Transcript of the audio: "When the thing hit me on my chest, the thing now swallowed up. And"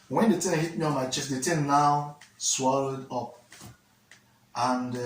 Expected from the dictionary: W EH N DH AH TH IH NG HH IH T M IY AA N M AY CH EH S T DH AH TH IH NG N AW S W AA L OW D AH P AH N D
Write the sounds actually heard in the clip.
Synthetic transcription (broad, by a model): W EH N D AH T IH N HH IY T M IY AA N M AY CH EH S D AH T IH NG N AW S W AA L OW D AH P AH N D